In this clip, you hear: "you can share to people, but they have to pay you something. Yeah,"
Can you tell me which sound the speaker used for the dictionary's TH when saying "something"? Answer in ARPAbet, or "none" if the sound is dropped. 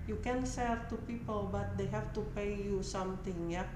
T